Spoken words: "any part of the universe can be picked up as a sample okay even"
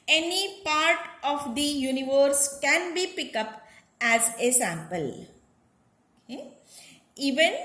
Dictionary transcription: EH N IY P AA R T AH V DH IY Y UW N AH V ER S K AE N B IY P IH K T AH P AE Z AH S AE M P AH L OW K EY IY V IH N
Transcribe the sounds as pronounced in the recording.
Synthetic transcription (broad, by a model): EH N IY P AA R T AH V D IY Y UW N AH V ER S K AE N B IY P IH K AH P AE Z AH S AE M P AH L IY V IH N